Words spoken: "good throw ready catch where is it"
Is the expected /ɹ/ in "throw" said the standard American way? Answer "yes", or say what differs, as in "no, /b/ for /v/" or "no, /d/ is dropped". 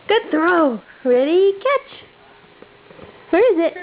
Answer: yes